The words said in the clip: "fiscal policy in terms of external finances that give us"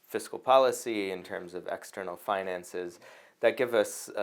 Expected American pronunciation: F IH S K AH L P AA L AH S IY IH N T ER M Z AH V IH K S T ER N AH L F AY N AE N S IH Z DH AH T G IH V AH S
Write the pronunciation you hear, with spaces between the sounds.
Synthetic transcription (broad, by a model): F IH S K L P AA L AH S IY IH N T ER M Z AH V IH K S T ER N L F AY N AE N S IH Z DH AH T G IH V AH S